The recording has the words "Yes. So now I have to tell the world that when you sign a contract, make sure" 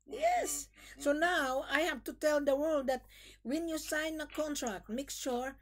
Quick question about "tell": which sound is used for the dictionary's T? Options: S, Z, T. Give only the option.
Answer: T